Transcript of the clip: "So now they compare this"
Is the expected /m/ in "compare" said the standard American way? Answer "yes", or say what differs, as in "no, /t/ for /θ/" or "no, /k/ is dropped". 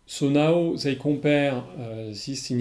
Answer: no, /m/ is dropped